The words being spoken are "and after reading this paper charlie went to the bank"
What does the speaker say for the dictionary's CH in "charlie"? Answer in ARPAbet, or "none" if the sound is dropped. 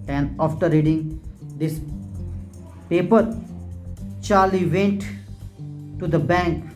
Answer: CH